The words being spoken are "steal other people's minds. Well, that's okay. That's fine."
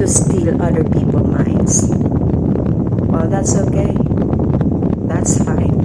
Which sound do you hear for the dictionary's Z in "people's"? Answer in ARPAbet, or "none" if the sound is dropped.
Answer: none